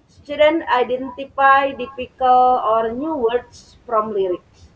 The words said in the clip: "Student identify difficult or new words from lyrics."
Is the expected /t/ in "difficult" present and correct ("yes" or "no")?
no